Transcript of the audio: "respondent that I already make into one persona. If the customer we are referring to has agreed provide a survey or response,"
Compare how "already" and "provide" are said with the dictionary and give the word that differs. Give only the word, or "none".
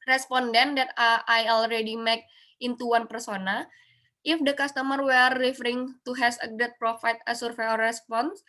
provide